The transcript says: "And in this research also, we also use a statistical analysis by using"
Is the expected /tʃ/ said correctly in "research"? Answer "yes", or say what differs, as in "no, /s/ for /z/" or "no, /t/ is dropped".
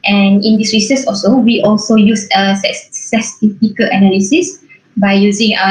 no, /s/ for /tʃ/